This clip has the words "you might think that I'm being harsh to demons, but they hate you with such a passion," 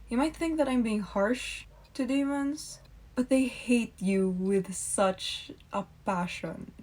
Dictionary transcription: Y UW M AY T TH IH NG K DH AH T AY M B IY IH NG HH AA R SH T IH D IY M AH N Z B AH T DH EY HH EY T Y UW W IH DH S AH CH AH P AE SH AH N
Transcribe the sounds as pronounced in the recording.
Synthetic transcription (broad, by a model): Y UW M AY T TH IH NG K DH AH T AY M B IY IH NG HH AA R SH T IH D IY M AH N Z B AH T DH EY HH EY T Y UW W IH DH S AH CH AH P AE SH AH N